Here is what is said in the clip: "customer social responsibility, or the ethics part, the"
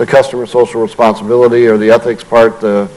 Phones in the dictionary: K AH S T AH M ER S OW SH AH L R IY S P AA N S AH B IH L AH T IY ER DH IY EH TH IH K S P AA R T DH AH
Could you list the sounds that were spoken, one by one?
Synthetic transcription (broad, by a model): K AH S T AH M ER S OW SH L R IY S P AA N S AH B IH L AH T IY ER DH IY EH TH IH K S P AA R T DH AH